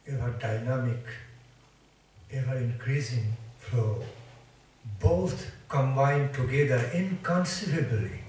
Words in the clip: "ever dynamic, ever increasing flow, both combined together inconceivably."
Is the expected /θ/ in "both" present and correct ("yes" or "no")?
no